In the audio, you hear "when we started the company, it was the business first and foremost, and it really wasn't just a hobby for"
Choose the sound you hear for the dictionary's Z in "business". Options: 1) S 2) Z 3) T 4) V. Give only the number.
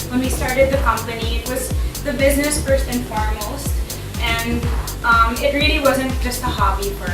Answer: 2